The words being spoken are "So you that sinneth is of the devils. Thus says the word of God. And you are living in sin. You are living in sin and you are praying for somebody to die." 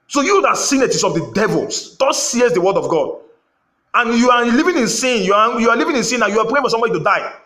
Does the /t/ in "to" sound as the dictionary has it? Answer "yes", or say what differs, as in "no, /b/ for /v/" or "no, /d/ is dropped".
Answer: yes